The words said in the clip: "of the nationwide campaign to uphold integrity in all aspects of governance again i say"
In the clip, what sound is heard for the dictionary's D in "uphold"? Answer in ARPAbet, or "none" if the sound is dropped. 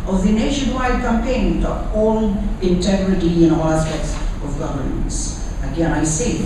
none